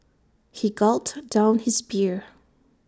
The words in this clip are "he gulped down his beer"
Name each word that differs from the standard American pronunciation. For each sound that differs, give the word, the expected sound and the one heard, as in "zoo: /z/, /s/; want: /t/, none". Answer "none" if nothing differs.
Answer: gulped: /p/, none